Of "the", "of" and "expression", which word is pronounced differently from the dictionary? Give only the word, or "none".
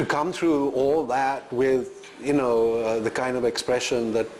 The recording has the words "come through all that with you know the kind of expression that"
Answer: none